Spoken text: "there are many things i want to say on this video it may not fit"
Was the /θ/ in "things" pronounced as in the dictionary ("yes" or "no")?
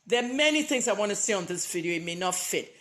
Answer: yes